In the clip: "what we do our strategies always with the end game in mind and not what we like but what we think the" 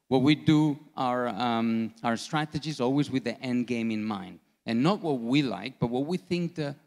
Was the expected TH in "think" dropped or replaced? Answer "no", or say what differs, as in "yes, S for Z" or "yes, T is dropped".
no